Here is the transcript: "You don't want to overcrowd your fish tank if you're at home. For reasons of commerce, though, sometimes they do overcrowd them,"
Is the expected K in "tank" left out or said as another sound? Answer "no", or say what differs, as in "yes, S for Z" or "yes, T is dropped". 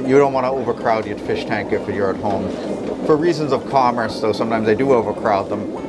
no